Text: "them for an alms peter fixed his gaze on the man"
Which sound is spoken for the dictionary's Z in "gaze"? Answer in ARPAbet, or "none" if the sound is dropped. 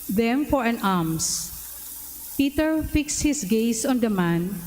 S